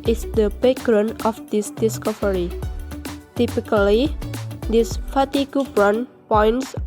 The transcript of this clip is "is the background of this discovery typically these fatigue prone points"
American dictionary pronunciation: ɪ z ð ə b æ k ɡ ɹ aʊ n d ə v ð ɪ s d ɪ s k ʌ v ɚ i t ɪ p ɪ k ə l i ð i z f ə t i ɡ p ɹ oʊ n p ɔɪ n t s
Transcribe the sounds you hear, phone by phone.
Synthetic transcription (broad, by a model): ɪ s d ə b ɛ ɡ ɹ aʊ n ə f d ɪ s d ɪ s k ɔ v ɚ i t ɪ p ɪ k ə l i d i s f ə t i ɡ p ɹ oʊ n p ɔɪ n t s